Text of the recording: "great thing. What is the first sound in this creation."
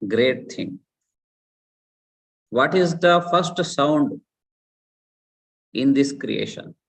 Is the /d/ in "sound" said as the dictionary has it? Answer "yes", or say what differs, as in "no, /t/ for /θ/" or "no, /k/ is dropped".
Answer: yes